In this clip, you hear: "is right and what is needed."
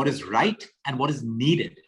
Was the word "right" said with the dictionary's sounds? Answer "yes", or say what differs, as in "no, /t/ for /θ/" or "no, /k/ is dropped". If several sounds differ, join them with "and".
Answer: yes